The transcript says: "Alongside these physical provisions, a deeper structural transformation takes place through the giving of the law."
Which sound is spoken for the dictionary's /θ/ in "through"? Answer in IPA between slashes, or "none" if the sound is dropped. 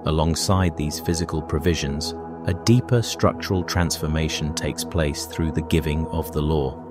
/θ/